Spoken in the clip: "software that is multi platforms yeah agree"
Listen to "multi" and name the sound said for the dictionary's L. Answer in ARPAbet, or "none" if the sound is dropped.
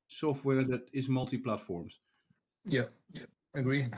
L